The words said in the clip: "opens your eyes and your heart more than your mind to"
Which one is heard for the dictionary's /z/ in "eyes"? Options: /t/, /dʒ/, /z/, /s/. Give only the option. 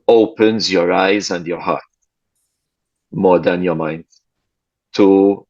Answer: /z/